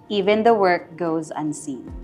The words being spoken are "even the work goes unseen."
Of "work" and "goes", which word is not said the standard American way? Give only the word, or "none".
none